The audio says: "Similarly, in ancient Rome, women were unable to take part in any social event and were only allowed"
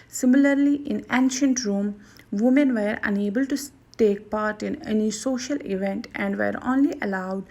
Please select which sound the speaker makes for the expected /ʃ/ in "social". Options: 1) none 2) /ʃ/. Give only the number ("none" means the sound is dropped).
2